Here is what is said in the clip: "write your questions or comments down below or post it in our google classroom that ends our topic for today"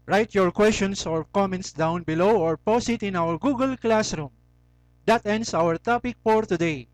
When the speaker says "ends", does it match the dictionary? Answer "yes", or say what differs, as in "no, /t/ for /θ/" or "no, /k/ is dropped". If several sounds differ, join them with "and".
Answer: no, /s/ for /z/